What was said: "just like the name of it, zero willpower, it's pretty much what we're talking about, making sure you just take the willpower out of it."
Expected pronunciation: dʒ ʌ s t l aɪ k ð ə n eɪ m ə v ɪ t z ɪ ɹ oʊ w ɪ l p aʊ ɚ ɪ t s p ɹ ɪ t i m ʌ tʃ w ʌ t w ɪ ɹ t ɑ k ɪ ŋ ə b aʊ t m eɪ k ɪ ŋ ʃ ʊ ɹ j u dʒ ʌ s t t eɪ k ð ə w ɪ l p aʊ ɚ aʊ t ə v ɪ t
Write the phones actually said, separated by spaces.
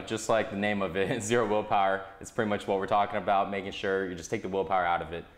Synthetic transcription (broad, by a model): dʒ ʌ s t l aɪ k ð ə n eɪ m ə v ɪ t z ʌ ɹ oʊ w ɪ l p aʊ ɚ ɪ t s p ɹ ɪ t i m ʌ tʃ w ʌ t w ɪ ɹ t ɑ k ɪ ŋ ə b aʊ t m eɪ k ɪ ŋ ʃ ʊ ɹ j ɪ dʒ ʌ s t t eɪ k ð ə w ɪ l p aʊ ɚ aʊ t ə v ɪ t